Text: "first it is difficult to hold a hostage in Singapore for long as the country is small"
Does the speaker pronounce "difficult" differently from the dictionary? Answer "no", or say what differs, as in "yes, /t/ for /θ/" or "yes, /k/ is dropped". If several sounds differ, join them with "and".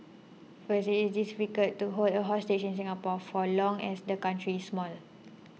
yes, /l/ is dropped